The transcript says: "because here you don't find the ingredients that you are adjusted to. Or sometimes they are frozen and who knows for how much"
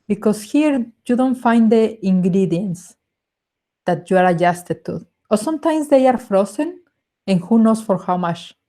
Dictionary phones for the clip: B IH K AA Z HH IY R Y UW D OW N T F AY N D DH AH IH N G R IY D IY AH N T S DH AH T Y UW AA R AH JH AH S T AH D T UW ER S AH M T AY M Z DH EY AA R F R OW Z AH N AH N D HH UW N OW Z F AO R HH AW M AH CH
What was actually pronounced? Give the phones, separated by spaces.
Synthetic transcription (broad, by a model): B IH K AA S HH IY R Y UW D OW N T F AY N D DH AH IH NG G R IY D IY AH N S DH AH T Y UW AA R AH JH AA S T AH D T UW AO S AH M T AY M S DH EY AA R F R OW S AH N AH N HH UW N OW S F AO R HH AW M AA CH